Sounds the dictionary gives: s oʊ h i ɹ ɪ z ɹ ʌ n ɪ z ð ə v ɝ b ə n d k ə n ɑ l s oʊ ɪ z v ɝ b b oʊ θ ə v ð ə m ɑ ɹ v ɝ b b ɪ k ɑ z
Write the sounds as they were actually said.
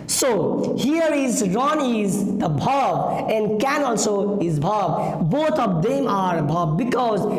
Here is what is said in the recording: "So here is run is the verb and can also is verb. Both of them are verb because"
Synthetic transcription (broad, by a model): s oʊ h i ɹ ɪ z ɹ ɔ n ɪ z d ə b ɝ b ə n d k ə n ɑ l s oʊ ɪ z b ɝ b b oʊ t ə v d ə m ɑ ɹ b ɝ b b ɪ k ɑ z